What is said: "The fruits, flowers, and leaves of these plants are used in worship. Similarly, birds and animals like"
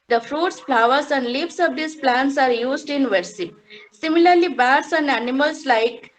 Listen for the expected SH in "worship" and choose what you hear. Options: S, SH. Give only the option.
S